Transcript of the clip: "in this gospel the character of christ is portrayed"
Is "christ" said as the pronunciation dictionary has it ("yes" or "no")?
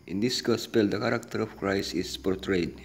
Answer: no